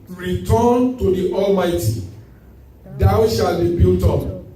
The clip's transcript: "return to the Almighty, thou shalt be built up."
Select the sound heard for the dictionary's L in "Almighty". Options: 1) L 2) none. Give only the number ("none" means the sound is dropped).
1